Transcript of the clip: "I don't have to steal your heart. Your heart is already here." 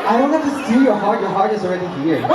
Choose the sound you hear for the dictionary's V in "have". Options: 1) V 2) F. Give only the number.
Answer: 2